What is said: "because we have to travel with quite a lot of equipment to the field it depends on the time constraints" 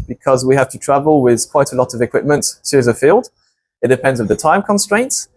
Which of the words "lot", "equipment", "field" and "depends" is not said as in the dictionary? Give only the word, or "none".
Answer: none